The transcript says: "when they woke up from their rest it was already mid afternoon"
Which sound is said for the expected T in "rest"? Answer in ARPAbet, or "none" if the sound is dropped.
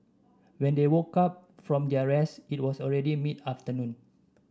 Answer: none